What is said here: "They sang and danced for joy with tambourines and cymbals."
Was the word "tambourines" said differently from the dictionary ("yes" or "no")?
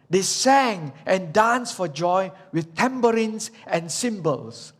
yes